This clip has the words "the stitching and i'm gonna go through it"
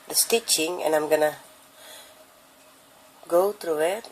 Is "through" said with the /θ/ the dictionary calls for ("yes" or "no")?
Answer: no